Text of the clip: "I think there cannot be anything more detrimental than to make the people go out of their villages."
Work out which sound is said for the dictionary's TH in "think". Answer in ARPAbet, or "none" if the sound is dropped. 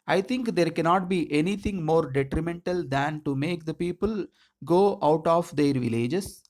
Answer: T